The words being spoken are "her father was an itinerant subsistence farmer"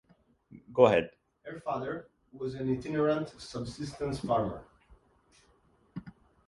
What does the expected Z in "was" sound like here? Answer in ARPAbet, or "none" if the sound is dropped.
Z